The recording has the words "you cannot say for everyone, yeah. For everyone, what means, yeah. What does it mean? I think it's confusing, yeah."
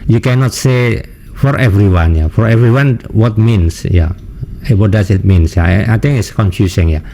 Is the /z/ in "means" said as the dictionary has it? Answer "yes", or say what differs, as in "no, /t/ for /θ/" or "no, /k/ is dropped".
no, /s/ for /z/